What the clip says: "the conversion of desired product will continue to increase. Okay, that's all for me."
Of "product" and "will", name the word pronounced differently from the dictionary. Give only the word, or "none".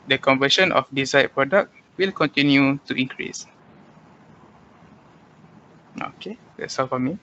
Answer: none